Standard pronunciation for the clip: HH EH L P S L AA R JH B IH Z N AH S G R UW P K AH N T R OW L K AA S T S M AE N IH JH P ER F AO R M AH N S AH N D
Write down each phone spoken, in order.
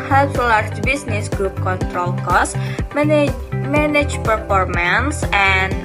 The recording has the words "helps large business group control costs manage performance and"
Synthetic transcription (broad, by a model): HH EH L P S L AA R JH B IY S N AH S G R UW P K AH N T R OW L K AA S S M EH N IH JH P ER F AO R M AH N S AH N